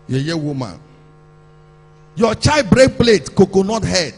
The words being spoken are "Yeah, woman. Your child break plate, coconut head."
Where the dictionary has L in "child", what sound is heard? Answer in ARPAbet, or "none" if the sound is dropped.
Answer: none